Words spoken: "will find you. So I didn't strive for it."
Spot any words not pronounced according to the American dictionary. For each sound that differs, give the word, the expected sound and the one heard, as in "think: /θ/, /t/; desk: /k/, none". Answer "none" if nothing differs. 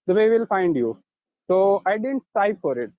strive: /ɹ/, none; strive: /v/, /p/